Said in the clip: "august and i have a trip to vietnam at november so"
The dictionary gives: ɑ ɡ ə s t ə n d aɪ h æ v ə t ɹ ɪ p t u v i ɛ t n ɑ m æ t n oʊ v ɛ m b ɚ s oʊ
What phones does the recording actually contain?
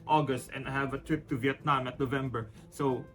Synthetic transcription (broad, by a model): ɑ ɡ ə s t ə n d aɪ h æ v ə t ɹ ɪ p t u v i ɛ t n ɑ m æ t n oʊ v ɛ m b ɚ s oʊ